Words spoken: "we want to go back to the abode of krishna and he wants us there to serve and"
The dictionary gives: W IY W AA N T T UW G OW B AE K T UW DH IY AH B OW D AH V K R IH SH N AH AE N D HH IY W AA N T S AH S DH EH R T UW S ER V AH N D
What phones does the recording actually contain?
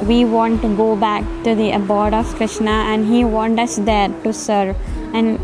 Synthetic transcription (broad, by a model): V IY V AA N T T UW G OW B AE K T UW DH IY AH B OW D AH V K R IH SH N AH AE N D HH IY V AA N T AH S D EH R T UW S ER V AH N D